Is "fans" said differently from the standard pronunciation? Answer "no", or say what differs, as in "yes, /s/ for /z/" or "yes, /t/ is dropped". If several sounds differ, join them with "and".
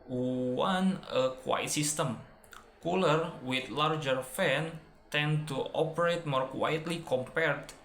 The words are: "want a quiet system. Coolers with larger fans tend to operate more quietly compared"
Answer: yes, /z/ is dropped